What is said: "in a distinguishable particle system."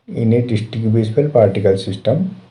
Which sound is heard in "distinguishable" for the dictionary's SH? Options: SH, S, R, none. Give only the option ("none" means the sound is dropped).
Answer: S